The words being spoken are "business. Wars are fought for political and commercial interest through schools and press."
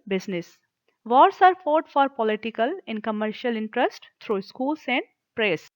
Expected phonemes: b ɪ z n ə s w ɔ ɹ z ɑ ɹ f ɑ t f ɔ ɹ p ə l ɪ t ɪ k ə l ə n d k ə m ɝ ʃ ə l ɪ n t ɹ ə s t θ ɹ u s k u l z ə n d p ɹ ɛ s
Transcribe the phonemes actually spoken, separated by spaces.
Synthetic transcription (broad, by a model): b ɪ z n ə s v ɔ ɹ s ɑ ɹ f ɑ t f ɔ ɹ p ə l ɪ t ɪ k ə l ə n d k ə m ɝ ʃ ə l ɪ n t ɹ ə s t t ɹ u s k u l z ə n d p ɹ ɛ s